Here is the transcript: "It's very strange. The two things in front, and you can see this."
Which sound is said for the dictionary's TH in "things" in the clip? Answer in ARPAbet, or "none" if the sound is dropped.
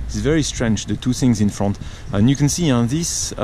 TH